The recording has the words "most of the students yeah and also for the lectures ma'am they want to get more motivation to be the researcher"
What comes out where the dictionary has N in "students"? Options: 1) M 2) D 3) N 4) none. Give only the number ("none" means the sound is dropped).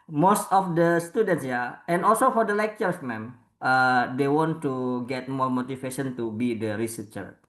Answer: 3